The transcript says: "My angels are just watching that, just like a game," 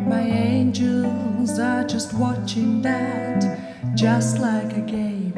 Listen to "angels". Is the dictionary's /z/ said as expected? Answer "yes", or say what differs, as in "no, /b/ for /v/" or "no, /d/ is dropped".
yes